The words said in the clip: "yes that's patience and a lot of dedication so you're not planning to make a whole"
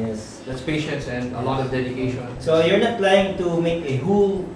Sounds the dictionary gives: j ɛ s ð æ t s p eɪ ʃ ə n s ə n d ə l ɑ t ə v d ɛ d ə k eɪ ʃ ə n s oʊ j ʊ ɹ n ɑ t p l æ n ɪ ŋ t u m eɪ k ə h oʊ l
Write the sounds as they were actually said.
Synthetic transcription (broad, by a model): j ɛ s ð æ t s p eɪ ʃ ə n s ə n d ə l ɑ t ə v d ɛ d ə k eɪ ʃ ə n s oʊ j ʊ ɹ n ɑ t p l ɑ ɪ ŋ t u m eɪ k ə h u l